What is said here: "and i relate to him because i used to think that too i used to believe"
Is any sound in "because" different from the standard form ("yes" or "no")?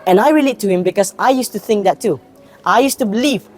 yes